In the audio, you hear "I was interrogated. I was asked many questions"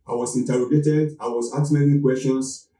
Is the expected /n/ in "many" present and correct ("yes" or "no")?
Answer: no